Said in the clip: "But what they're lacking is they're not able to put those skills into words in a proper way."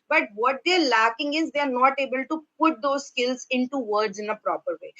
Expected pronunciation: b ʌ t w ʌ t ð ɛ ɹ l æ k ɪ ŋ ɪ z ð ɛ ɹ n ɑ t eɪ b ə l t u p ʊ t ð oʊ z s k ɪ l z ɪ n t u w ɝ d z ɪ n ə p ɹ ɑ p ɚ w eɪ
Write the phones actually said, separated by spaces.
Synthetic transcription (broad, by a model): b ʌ t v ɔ t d ɛ ɹ l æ k ɪ ŋ ɪ z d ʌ ɹ n ɑ t eɪ b ə l t u p ʊ t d oʊ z s k ɪ l z ɪ n t u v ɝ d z ɪ n ə p ɹ ɑ p ɚ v eɪ